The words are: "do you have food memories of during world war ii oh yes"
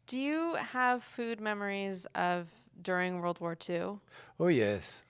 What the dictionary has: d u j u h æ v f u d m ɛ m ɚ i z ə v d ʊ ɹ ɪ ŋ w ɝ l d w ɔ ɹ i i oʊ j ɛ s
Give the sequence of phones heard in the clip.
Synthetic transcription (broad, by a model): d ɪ j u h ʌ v f u d m ɛ m ɚ i z ə v d ʊ ɹ ɪ ŋ w ɝ l d w ɔ ɹ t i oʊ j ɛ s